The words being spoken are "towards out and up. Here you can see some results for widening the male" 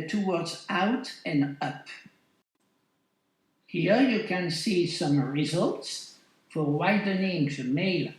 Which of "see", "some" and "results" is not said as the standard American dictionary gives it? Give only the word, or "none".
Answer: none